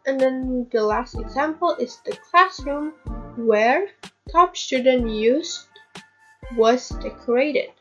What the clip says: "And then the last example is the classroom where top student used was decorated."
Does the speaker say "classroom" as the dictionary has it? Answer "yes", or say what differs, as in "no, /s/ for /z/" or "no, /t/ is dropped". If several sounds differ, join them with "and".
yes